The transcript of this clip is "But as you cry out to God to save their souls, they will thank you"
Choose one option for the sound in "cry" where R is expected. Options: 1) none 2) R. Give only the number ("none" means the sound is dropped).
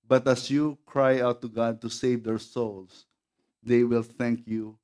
2